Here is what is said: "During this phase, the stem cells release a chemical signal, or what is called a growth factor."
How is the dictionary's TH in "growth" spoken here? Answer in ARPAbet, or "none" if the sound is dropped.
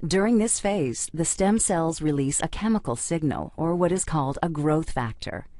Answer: TH